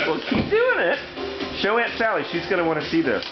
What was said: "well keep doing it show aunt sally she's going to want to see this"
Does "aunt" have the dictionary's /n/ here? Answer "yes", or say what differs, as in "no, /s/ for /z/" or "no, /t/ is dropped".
yes